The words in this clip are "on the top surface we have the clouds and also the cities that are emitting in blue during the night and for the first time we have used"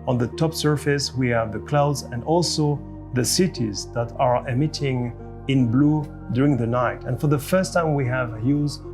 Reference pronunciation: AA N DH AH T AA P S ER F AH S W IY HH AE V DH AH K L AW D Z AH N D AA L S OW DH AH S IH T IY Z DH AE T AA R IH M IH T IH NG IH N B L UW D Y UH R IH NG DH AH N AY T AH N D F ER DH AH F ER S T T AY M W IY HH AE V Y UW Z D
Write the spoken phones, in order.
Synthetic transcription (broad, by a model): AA N DH AH T AA P S ER F AH S W IY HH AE V DH AH K L AW D Z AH N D AA L S OW DH AH S IH T IY Z DH AE T AA R IH M IH T IH NG IH N B L UW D Y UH R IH NG DH AH N AY T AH N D F ER DH AH F ER S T T AY M W IY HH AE V Y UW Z